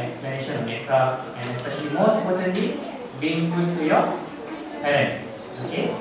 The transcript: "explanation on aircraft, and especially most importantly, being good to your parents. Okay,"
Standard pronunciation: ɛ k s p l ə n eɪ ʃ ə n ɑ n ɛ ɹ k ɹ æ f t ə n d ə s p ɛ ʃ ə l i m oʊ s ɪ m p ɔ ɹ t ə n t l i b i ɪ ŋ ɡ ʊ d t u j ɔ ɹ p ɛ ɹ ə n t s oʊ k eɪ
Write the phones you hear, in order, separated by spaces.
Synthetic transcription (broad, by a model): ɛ k s p l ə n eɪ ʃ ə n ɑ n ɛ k ɑ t ə n d ə s p ɛ ʃ ə l i m oʊ s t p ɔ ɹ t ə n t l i b i ɪ ŋ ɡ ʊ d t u j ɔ p ɛ ɹ ə n t s oʊ k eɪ